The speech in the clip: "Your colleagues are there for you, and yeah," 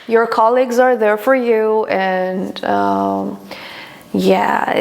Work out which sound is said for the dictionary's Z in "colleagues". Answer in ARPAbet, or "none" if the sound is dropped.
Z